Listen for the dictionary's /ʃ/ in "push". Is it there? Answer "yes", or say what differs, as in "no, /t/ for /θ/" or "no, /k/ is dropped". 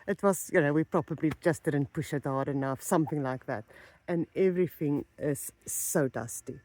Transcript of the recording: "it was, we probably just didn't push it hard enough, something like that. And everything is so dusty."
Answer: yes